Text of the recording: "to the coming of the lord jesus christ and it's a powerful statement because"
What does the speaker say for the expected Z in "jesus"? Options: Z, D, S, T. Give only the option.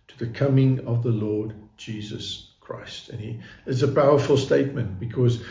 Z